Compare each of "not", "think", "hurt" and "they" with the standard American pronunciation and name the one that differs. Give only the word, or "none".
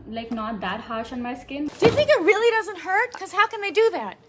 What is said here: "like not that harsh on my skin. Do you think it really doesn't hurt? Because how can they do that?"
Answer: none